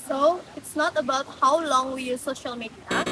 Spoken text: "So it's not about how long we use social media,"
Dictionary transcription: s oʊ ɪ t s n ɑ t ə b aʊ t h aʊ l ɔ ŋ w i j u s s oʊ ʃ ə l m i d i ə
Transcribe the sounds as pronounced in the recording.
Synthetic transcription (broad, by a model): s oʊ ɪ t s n ɑ t ə b aʊ t h aʊ l ɔ ŋ w i j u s s oʊ ʃ ə l m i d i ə